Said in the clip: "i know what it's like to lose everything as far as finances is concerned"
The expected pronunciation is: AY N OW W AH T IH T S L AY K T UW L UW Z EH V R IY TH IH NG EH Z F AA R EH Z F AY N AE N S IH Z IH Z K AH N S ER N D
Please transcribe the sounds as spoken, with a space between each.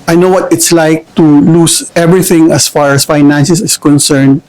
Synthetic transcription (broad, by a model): AY N OW W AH T IH T S L AY K T UW L UW S EH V R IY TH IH NG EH S F AA R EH S F AY N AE N S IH S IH S K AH N S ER N D